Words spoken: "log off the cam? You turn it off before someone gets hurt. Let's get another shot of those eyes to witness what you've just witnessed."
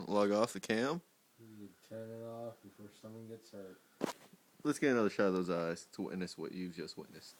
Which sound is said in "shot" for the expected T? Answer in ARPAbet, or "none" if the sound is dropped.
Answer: none